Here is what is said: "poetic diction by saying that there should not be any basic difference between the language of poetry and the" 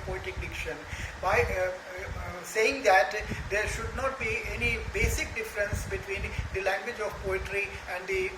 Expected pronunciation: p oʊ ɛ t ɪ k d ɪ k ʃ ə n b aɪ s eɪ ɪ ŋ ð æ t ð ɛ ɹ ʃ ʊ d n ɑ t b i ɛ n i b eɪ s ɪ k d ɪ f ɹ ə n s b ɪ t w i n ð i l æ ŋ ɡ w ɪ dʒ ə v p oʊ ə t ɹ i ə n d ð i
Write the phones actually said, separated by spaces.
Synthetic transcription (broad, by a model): p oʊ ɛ t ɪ k d ɪ k ʃ ə n b aɪ s eɪ ɪ ŋ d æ t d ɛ ɹ ʃ ʊ d n ɑ t b i ɛ n i b eɪ s ɪ k d ɪ f ɹ ə n s b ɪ t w i n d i l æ ŋ ɡ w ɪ dʒ ə v p oʊ ə t ɹ i ə n d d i